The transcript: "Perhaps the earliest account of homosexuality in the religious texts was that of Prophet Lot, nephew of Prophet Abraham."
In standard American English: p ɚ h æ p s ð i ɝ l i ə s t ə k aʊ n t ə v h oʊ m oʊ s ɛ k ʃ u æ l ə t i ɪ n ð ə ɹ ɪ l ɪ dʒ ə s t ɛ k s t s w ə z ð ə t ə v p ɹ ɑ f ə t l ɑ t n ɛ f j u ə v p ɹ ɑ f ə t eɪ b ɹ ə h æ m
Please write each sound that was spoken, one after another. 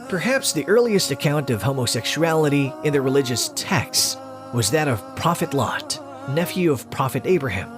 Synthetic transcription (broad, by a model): p ɚ h æ p s ð i ɝ l i ə s t ə k aʊ n t ə v h oʊ m oʊ s ɛ k ʃ u æ l ə t i ɪ n ð ə ɹ ɪ l ɪ dʒ ə s t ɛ k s s w ə z ð ə t ə v p ɹ ɑ f ə t l ɑ t n ɛ f j u ə v p ɹ ɑ f ə t eɪ b ɹ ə h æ m